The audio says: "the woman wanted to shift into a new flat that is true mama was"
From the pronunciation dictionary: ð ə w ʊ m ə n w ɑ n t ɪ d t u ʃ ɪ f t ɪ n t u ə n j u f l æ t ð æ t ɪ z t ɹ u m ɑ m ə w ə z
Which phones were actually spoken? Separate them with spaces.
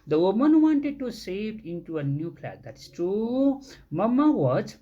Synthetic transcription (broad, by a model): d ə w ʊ m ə n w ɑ n t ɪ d t u s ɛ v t ɪ n t u ə n j u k l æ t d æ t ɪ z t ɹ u m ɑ m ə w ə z